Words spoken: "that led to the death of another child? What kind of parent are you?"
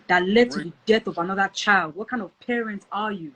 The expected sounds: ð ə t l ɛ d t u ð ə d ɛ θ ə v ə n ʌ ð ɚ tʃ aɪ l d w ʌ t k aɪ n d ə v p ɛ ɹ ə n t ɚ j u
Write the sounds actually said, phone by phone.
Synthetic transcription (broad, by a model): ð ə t l ɛ d t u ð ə d ɛ θ ə v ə n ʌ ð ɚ tʃ aɪ l d w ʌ t k aɪ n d ə v p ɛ ɹ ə n t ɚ j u